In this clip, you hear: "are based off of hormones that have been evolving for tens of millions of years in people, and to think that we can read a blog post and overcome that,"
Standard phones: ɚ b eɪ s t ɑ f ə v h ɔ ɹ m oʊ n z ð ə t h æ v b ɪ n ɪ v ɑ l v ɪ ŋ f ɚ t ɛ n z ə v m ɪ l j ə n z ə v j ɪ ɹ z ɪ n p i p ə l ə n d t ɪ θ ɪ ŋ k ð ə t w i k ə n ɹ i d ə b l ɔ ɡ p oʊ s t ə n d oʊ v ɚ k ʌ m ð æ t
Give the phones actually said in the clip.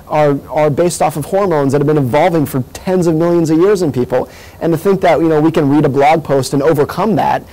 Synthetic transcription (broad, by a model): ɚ b eɪ s t ɑ f ə v h ɔ ɹ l oʊ n z ð ə t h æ v b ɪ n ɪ v ɑ l v ɪ ŋ f ɚ t ɛ n z ə v m ɪ l j ə n z ə v j ɪ ɹ z ɪ n p i p l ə n t ɪ θ ɪ ŋ k ð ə t w i k ə n ɹ i d ə b l ɔ ɡ p oʊ s t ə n oʊ v ɚ k ʌ m ð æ t